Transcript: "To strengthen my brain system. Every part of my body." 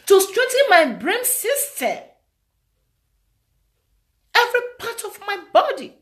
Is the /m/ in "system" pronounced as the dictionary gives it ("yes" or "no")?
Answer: no